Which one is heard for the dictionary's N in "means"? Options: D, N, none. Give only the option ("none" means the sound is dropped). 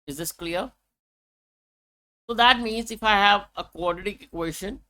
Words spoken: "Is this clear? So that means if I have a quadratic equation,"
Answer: N